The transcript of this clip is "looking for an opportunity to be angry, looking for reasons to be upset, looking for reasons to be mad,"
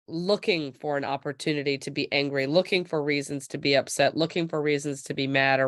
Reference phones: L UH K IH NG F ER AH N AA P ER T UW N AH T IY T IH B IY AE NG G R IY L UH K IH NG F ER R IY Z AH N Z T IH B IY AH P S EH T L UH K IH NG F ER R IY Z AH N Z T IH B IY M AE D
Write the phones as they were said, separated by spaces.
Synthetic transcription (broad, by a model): L UH K IH NG F ER AH N AA P ER T UW N AH T IY T IH B IY AE NG G R IY L UH K IH NG F ER R IY Z AH N Z T IH B IY AH P S EH T L UH K IH NG F ER R IY Z AH N Z T IH B IY M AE D